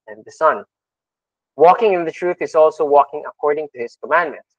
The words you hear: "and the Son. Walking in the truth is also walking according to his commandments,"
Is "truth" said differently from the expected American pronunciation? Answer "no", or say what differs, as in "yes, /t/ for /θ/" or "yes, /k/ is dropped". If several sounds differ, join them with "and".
no